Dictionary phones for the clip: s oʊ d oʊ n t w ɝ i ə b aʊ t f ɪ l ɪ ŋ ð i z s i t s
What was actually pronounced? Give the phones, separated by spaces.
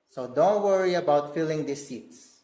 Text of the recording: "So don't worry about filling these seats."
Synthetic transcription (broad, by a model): s oʊ d oʊ n t w ɝ i ə b aʊ t f ɪ l ɪ ŋ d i s i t s